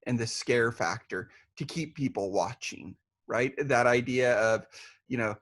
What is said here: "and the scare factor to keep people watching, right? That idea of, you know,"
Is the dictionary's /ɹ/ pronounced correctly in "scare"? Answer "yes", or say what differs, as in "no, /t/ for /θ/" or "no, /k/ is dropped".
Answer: yes